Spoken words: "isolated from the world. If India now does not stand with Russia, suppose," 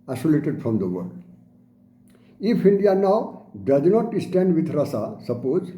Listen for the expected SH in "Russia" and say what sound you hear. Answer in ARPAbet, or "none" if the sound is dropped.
S